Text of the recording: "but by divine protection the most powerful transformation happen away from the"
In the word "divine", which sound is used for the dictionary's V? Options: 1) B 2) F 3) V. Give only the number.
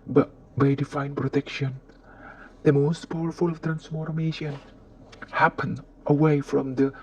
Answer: 2